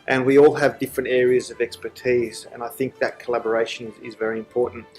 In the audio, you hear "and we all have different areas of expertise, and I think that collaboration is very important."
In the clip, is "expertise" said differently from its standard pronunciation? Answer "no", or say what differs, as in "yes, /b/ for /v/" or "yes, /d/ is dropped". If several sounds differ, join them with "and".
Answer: no